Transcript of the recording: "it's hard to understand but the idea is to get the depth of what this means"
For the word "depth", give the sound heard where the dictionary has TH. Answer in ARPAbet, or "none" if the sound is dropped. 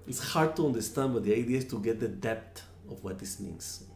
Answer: T